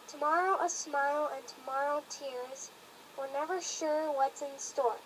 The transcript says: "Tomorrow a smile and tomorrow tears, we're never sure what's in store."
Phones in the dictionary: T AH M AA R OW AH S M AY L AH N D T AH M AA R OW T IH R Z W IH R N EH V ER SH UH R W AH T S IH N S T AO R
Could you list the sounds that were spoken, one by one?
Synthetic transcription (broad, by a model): T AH M AA R OW AH S M AY L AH N T AH M AA R OW T IH R Z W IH L N EH V ER SH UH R W AH T S IH N S T AO R